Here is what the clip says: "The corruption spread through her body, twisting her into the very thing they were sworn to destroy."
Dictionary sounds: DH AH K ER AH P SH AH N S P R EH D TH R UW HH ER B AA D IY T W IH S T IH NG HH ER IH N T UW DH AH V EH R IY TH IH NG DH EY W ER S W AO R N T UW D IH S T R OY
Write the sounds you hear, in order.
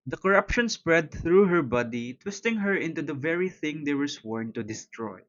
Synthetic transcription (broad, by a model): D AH K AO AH P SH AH N S P R EH D TH R UW HH ER B AA D IY T W IH S T IH NG HH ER IH N T UW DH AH V EH R IY TH IH NG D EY W ER S W AO R N T UW D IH S T R OY